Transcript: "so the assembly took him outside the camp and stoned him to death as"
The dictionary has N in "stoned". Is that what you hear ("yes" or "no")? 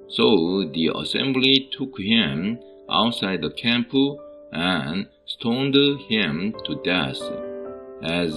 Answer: yes